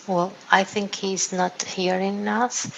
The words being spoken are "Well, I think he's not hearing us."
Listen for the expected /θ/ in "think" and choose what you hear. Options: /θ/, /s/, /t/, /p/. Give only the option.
/θ/